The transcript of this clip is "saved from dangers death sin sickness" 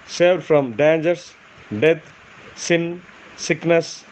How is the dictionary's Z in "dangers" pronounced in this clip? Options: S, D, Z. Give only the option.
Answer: S